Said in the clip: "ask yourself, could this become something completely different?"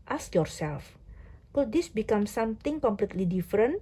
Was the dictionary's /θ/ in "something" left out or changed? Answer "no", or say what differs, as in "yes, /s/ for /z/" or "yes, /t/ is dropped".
yes, /t/ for /θ/